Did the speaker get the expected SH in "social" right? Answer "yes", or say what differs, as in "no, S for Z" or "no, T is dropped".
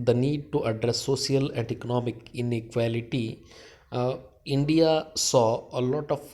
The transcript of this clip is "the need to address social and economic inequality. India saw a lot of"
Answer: no, SH is dropped